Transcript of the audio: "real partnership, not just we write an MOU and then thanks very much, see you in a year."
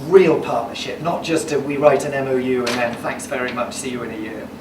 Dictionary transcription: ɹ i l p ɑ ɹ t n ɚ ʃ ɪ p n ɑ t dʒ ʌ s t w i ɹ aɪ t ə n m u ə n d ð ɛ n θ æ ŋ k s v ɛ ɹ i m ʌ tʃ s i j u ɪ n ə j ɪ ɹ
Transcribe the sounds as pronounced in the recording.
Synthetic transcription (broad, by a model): ɹ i l p ɑ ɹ t n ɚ ʃ ɪ p n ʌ t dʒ ʌ s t w i ɹ aɪ t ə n m u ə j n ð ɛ n θ æ ŋ k s v ɛ ɹ i m ʌ tʃ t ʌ j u ɪ n ə j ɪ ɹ